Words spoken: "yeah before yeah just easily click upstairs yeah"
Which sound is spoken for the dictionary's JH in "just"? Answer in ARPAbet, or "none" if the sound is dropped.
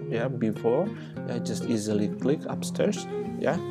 JH